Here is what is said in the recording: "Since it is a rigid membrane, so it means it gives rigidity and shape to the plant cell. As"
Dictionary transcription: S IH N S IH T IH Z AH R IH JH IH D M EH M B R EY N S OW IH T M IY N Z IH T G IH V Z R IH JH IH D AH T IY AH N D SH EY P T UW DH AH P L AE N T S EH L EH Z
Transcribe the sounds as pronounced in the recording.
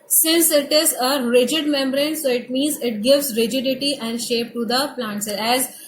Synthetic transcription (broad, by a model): S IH N S IH T IH Z AH R IH JH IH D M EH M B R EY N S OW IH T M IY N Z IH T G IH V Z R IH JH IH D AH T IY AH N D SH EY P T UW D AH P L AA N T S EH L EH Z